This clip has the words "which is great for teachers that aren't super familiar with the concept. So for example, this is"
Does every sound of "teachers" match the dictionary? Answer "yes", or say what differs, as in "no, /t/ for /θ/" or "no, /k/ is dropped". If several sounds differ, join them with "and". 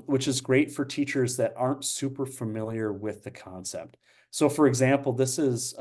yes